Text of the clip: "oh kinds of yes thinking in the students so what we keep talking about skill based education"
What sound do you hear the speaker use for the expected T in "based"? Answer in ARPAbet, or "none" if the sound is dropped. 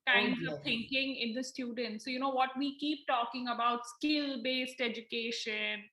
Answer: T